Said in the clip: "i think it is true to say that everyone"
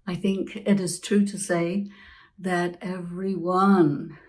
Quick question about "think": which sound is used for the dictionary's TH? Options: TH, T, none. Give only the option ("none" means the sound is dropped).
TH